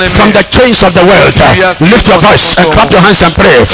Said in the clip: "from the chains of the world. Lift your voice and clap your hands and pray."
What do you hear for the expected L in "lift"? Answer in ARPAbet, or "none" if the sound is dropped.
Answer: L